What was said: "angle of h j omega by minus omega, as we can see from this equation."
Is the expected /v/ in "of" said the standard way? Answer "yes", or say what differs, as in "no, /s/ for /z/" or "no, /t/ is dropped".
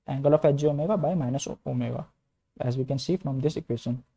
no, /f/ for /v/